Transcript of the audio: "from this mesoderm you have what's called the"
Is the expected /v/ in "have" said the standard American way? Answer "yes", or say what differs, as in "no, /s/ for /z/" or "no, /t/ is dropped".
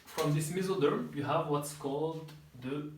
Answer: yes